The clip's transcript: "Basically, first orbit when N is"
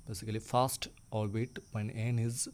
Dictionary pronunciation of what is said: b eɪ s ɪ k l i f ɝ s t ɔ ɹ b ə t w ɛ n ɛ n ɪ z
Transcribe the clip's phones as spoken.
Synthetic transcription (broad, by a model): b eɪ s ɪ k l i f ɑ s t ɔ l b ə t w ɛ n ɛ n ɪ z